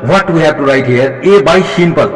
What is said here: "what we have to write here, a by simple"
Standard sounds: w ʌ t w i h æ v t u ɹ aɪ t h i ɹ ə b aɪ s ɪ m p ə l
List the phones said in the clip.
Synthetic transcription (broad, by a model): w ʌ t w i h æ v t u ɹ aɪ t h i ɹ ə b aɪ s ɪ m p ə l